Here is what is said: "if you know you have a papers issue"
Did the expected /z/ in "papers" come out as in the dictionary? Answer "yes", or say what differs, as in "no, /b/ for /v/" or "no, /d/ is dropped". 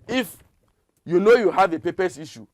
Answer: no, /s/ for /z/